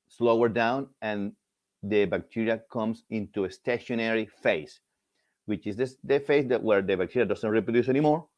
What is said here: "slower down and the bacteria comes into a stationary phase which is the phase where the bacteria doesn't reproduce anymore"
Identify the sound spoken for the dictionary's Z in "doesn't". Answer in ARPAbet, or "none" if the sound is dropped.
S